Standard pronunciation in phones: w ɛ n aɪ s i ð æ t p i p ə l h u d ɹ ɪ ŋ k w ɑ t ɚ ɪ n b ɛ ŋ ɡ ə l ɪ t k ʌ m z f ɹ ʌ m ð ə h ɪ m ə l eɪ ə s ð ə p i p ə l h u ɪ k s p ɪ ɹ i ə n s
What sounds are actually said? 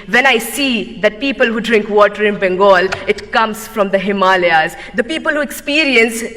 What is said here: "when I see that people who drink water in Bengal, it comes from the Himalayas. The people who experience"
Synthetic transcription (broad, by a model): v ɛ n aɪ s i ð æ t p i p ə l h u d ɹ ɪ ŋ k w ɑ t ɚ ɪ n b ɛ ŋ ɡ ə l ɪ t k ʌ m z f ɹ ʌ m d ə h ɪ m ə l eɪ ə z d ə p i p ə l h u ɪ k s p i ɹ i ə n s